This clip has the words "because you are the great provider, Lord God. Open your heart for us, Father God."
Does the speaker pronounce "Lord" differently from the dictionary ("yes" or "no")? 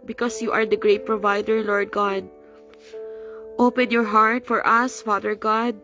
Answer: no